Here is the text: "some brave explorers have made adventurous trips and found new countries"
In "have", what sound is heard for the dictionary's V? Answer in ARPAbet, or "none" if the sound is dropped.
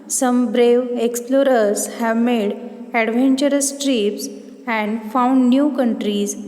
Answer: V